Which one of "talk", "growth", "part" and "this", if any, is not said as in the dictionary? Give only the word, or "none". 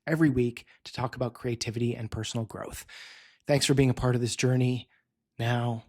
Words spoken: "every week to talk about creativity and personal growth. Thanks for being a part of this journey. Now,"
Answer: none